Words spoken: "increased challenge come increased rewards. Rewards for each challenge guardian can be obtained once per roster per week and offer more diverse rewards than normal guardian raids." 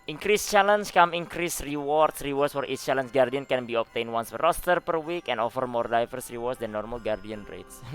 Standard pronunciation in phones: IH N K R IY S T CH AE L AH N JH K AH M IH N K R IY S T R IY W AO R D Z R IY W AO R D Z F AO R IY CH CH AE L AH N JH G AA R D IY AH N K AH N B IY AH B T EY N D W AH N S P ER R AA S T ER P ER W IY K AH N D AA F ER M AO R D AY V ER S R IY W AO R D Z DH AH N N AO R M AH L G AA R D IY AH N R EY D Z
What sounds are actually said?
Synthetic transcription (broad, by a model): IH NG K R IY S CH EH L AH N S K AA M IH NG K R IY S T R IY W AO R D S R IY W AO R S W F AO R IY S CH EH L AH N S G AA R D IY AH N K AH N B IY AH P T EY N W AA N S F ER R AA S T ER P ER W IY K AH N AA F ER M AO R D AY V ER S R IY W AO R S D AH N N AO R M AH L G AA R D IY AH N R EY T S